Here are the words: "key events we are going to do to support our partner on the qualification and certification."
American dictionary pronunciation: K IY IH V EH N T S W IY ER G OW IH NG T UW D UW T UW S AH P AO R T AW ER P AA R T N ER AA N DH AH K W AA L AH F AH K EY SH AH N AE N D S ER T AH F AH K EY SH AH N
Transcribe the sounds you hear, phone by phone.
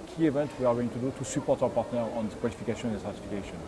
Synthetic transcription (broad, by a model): K IY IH V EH N T W IY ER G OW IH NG T UW D UW T UW S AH P AO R T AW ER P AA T N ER AA N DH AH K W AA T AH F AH K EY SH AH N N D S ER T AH F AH K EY SH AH N